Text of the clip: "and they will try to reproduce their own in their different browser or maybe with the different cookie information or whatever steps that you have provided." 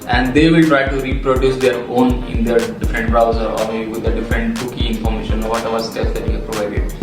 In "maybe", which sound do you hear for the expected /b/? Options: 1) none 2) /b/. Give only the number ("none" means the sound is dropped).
1